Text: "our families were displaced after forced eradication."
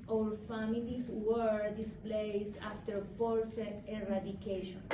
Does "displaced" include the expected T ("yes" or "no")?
no